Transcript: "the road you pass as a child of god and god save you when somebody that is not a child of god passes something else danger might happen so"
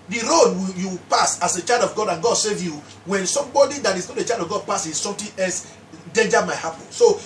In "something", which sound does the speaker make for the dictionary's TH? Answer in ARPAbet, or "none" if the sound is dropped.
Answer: T